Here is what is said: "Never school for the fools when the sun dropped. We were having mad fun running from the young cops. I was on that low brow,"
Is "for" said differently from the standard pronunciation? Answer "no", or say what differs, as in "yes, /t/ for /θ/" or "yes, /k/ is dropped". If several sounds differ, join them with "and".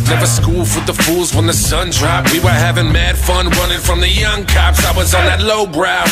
yes, /w/ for /ɹ/